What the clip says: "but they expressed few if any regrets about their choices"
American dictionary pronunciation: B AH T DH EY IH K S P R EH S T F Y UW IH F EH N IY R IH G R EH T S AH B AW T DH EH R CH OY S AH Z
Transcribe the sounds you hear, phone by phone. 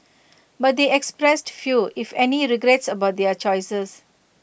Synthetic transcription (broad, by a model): B AH T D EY IH K S P R EH S T F Y UW IH F EH N IY R IH G R EH T S AH B AW T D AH R CH OY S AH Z